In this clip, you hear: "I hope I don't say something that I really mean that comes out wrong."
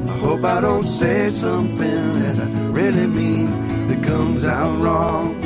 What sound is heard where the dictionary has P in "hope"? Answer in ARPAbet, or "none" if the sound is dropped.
P